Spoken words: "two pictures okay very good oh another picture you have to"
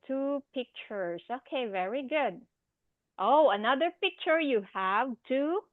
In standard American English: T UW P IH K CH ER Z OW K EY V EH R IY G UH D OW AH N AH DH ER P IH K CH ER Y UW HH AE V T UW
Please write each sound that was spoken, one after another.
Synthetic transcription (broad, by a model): T UW P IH K CH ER S OW K EY V EH R IY G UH D OW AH N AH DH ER P IH K CH ER Y UW HH AE V T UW